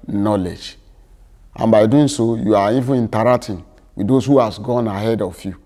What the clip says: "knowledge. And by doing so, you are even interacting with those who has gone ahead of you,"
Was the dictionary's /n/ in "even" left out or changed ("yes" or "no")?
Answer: yes